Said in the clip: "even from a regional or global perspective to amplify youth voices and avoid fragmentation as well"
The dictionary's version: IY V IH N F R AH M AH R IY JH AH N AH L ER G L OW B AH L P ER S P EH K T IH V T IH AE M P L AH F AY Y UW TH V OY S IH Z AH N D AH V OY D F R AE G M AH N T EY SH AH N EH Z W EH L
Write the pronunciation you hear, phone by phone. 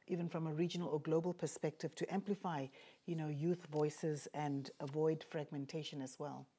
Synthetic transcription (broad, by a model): IY V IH N F R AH M AH R IY JH AH N AH L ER G L OW B AH L P ER S P EH K T IH V T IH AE M P L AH F AY Y UW TH V OY S IH Z AH N D AH V OY D F R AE G M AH N T EY SH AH N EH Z W EH L